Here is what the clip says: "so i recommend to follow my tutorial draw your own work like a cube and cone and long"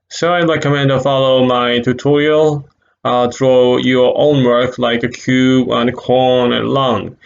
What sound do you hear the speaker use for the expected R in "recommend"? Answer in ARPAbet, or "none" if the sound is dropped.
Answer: L